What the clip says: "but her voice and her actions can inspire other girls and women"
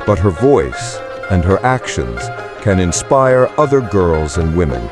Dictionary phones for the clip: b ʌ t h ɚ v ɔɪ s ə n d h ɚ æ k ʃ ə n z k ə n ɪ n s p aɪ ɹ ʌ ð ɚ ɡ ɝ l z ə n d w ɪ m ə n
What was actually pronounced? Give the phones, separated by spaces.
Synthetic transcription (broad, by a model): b ʌ t h ɚ v ɔɪ s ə n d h ɚ æ k ʃ ə n z k ə n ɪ n s p aɪ ɹ ʌ ð ɚ ɡ ɝ l z ə n d w ɪ m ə n